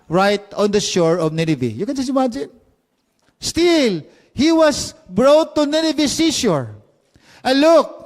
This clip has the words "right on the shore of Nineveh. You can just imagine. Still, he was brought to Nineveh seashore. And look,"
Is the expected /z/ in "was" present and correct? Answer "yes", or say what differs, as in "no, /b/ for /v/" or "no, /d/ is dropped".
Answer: no, /s/ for /z/